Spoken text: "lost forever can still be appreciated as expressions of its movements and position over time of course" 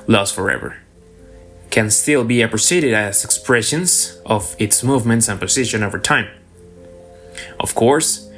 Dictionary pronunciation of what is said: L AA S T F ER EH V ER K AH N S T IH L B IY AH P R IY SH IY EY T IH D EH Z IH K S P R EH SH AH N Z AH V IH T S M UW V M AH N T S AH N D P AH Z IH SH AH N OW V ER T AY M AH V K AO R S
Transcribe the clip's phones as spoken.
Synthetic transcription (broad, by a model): L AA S F ER EH V ER K AH N S T IH L B IY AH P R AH S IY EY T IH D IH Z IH K S P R EH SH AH N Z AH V IH T S M UW V M AH N T S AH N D P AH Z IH SH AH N OW V ER T AY M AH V K AO R S